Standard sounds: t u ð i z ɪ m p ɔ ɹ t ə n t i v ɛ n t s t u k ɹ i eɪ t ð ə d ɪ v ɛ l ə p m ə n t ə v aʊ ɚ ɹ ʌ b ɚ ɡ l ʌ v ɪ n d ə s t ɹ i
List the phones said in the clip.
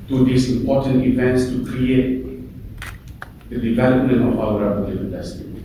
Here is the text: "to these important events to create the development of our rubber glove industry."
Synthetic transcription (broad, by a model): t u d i s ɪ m p ɔ t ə n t i v ɛ n t s t u k ɹ i eɪ t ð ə d ɪ v ɛ l ə p m ə n t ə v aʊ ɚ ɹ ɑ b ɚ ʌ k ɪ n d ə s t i